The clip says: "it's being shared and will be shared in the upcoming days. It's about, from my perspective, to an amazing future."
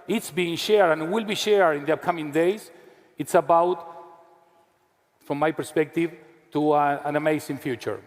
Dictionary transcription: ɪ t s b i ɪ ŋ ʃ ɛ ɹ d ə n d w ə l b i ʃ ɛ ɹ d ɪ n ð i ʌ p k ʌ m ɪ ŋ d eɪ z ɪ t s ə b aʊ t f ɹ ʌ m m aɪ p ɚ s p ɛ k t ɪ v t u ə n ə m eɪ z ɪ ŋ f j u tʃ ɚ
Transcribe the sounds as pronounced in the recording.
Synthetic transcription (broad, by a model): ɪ t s b i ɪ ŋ ʃ ɛ ɹ d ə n w ə l b i ʃ ɛ ɹ d ɪ n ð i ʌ p k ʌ m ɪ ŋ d eɪ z ɪ t s ə b aʊ t f ɹ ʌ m m aɪ p ɚ s p ɛ k t ɪ v t u ə n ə m eɪ s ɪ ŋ f j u tʃ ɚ